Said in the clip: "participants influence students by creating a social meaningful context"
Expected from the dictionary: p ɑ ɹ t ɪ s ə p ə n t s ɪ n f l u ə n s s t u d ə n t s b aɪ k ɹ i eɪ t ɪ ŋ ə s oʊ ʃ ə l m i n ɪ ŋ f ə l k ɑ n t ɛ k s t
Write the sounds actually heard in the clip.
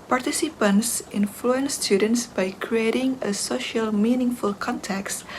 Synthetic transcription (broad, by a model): p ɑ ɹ t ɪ s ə p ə n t s ɪ n f l u ə n s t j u d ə n t s b aɪ k ɹ i eɪ t ɪ ŋ ə s oʊ ʃ ə l m i n ɪ ŋ f ə l k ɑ n t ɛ k s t